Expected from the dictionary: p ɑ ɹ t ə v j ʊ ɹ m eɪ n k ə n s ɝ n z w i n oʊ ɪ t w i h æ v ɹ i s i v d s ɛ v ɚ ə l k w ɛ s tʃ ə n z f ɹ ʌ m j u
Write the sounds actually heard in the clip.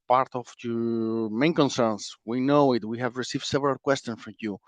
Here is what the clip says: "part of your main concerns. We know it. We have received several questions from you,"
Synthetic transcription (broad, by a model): p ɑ ɹ t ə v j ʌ m eɪ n k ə n s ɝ n s w i n oʊ ɪ t w i h æ v ɹ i s i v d s ɛ v ɚ ə l k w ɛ s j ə n s f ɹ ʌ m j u